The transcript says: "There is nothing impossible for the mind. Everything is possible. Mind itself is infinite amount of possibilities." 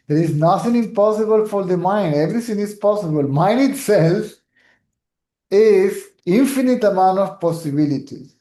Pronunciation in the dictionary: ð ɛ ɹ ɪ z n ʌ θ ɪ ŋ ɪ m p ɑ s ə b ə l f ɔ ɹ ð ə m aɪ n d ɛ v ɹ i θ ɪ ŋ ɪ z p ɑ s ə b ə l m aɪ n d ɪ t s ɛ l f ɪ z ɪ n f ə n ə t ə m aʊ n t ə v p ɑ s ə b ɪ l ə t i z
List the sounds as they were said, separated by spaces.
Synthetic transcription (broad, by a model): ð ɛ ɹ ɪ z n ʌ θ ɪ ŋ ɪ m p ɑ s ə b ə l f ɔ ɹ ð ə m aɪ n d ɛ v ɹ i t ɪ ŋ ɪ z p ɑ s ə b ə l m aɪ n d ɪ t s ɛ l f ɪ z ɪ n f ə n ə t ə m aʊ n t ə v p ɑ s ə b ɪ l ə t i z